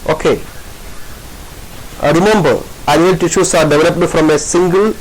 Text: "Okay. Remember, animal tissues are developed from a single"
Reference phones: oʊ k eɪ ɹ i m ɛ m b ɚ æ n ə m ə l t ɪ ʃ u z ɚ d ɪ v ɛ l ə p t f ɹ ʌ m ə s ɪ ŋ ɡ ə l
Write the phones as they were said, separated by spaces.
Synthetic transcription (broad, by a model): oʊ k eɪ ɹ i m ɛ m b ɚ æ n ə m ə l t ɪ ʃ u s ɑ d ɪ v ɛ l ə p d f ɹ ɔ m ə s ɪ ŋ ɡ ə l